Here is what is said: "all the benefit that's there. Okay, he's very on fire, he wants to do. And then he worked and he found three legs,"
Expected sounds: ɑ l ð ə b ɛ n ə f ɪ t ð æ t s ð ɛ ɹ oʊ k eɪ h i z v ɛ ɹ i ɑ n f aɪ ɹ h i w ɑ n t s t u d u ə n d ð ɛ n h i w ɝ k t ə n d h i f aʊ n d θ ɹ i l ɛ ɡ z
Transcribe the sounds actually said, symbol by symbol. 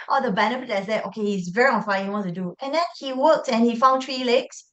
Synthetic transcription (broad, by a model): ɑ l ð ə b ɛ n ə p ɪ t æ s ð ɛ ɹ oʊ k eɪ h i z v ɛ ɹ i ɑ n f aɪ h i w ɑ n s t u d u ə n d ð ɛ n h i w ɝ k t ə n h i f aʊ n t ɹ i l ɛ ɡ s